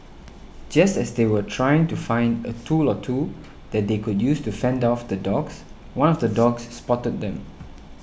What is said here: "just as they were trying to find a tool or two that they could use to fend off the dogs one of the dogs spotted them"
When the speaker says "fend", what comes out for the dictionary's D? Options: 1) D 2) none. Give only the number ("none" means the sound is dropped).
1